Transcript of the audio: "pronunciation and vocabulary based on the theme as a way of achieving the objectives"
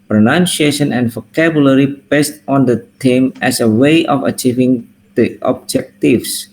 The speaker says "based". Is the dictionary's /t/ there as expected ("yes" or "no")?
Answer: yes